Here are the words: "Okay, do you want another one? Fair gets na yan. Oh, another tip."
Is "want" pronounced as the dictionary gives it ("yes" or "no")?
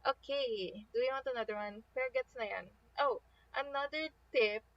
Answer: yes